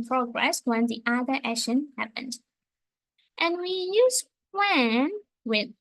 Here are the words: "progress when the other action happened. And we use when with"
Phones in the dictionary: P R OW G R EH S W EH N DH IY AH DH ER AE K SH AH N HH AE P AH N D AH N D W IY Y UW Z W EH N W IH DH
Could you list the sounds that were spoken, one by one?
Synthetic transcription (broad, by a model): P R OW G R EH S W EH N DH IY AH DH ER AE SH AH N HH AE P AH N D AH N W IY Y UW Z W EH N W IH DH